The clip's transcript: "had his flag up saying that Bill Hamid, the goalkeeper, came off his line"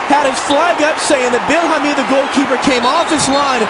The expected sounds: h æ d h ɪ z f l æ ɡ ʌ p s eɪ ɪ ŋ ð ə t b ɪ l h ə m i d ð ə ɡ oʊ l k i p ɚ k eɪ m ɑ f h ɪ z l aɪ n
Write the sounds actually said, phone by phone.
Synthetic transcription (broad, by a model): h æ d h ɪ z f l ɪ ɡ ʌ p s eɪ ɪ ŋ ð ə t b ɪ l h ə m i ð ə ɡ oʊ l k i p ɚ k eɪ m ɑ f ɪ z l aɪ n